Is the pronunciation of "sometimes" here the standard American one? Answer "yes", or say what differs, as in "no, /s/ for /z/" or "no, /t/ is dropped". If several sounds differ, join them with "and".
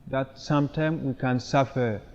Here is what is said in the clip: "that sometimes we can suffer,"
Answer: no, /z/ is dropped